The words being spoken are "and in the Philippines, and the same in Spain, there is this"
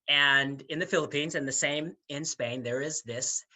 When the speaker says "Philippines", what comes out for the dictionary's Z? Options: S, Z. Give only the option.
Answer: Z